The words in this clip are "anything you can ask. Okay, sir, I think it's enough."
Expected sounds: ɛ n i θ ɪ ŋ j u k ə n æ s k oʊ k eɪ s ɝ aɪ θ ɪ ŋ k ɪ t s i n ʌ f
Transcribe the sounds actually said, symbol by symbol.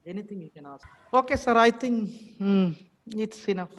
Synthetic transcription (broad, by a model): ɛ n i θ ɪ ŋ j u k ə n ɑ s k oʊ k eɪ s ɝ aɪ t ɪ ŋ ɪ t s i n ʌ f